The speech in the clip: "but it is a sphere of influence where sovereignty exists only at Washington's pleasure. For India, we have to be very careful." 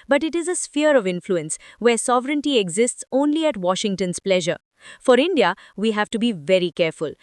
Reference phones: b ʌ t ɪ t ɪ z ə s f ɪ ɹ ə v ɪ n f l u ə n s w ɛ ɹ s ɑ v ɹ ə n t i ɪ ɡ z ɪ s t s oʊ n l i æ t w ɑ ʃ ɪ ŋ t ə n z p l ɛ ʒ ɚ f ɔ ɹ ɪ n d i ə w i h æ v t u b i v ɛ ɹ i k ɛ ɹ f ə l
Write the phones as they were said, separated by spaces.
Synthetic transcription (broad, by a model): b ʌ t ɪ t ɪ z ə s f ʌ ɹ ə v ɪ n f l u ə n s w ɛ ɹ s ɑ v ɹ ə n t i ɪ ɡ z ɪ s t s oʊ n l i æ t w ɑ ʃ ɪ ŋ t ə n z p l ɛ ʒ ɚ f ɔ ɹ ɪ n d i ə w i h æ v t u b i v ɛ ɹ i k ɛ ɹ f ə l